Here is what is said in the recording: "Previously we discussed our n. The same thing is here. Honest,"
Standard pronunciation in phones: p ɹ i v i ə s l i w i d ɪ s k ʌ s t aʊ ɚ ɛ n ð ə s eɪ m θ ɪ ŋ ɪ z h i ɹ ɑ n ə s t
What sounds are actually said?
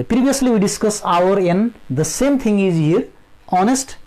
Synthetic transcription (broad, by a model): p ɹ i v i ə s l i w i d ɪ s k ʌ s aʊ ɚ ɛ n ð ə s eɪ m t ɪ ŋ ɪ z h i ɹ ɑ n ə s t